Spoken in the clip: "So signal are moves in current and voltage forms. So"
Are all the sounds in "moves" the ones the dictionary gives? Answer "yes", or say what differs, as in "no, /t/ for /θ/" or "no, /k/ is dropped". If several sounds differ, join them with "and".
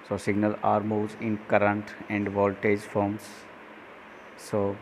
no, /v/ is dropped